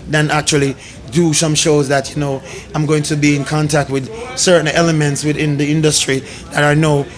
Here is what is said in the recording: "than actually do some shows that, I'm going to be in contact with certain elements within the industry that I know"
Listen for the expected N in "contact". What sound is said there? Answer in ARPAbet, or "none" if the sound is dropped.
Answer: N